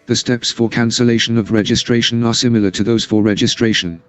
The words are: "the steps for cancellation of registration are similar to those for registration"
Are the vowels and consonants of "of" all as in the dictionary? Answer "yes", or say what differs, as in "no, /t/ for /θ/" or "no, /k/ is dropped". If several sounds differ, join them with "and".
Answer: yes